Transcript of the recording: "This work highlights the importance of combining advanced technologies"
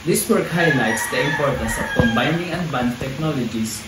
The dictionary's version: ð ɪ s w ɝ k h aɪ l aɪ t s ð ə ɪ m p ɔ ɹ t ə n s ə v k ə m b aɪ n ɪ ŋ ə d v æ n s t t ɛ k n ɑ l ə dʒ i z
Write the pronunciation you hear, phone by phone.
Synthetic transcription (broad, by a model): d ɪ s w ɝ k h aɪ l aɪ t s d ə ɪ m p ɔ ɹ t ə s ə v k ə m b aɪ n ɪ ŋ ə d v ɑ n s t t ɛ k n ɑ l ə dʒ i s